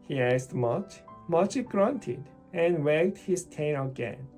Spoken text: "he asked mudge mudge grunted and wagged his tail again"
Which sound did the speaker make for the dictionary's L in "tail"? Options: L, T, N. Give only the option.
N